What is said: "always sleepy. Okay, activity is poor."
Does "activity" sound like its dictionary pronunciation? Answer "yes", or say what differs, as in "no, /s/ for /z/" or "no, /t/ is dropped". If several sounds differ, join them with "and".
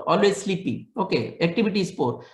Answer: no, /b/ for /v/